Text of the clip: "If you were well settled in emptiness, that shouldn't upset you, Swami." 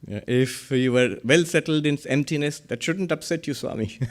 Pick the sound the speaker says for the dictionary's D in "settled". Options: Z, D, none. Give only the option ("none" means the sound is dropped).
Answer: D